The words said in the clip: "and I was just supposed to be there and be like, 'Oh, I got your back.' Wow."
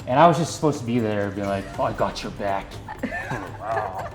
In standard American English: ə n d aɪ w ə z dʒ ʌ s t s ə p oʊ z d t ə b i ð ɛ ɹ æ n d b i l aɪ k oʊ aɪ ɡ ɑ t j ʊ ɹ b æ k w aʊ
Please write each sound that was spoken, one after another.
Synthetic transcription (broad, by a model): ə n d aɪ w ə z dʒ ʌ s t s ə p oʊ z t ə b i ð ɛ ɹ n b i l aɪ k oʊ aɪ ɡ ɑ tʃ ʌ ɹ b æ k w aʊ